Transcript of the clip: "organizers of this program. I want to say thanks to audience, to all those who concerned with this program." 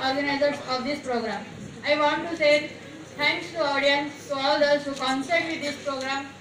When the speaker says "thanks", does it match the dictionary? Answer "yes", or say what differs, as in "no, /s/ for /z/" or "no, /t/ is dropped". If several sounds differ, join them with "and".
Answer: no, /t/ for /θ/